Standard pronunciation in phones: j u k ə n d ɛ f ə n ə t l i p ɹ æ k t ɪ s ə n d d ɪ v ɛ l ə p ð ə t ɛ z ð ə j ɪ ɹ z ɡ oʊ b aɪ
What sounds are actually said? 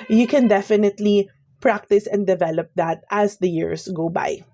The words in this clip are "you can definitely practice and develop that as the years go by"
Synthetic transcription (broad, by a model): j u k ə n d ɛ f ə n ə t l i p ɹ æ k t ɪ s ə n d d ɪ v ɛ l ə p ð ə t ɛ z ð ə j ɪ ɹ s ɡ oʊ b aɪ